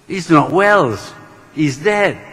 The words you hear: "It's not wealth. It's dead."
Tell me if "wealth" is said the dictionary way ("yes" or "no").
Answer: no